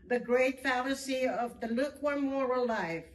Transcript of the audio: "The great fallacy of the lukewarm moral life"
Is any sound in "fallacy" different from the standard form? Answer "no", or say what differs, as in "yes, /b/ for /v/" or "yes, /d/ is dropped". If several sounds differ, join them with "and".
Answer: no